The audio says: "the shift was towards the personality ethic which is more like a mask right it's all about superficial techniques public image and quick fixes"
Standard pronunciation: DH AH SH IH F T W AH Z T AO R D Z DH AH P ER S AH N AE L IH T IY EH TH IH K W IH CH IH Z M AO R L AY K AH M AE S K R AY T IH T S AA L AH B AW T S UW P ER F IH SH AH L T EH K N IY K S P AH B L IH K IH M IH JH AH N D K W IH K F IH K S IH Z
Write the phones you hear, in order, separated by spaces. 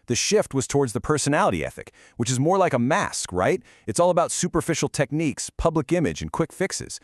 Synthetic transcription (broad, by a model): DH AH SH IH F T W AH Z T AO R D Z DH AH P ER S AH N AE L IH T IY EH TH IH K W IH CH IH Z M AO R L AY K AH M AE S K R AY T IH T S AA L AH B AW T S UW P ER F IH SH L T EH K N IY K S P AH B L IH K IH M IH JH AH N K W IH K F IH K S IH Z